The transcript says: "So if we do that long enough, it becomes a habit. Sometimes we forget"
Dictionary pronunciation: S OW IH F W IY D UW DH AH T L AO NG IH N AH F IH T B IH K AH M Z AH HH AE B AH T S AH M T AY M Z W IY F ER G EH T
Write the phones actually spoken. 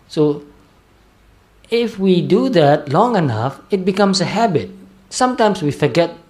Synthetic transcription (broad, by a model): S OW IH F W IY D UW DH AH T L AO NG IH N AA F IH T B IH K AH M S AH HH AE B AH T S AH M T AY M S W IY F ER G EH T